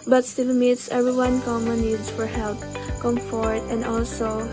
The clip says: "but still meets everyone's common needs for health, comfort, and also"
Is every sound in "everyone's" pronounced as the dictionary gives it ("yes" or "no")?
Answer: no